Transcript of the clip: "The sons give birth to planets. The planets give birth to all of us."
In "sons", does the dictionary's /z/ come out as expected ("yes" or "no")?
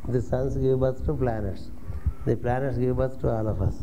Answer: no